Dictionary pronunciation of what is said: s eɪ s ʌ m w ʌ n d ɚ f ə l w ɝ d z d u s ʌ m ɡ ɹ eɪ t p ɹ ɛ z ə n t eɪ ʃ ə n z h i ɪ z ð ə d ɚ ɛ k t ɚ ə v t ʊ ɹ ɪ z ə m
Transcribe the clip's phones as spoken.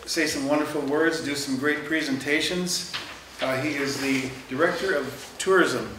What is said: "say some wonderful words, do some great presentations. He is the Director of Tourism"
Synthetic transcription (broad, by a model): s eɪ s ʌ m w ʌ n d ɚ f l w ɝ d z d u s ʌ m ɡ ɹ eɪ t p ɹ ɛ z ə n t eɪ ʃ ə n z h i ɪ z ð ə d ɚ ɛ k t ɚ ə v t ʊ ɹ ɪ z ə m